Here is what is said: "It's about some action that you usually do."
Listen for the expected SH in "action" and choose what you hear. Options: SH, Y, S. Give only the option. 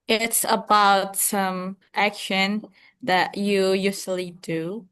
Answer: SH